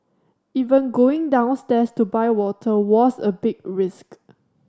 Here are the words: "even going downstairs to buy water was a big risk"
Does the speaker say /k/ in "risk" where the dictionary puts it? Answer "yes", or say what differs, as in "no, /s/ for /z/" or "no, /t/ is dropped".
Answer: yes